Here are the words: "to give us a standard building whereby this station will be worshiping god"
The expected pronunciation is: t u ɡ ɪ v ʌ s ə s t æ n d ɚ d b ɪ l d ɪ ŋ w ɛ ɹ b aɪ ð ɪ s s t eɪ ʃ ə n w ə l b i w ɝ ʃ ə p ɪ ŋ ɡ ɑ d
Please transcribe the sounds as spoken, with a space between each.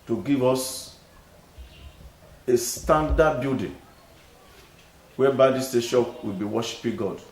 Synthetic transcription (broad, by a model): t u ɡ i v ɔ s ə s t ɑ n d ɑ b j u d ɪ w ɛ b aɪ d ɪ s s t eɪ ʃ ə n w ə l b i w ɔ ʃ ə p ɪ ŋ ɡ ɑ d